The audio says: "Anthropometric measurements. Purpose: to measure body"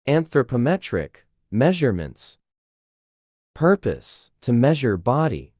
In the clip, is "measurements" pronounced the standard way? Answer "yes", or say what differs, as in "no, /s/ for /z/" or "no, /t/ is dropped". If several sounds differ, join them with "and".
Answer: yes